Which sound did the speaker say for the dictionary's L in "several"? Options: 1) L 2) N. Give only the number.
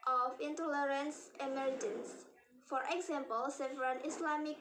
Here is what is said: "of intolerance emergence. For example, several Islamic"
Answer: 2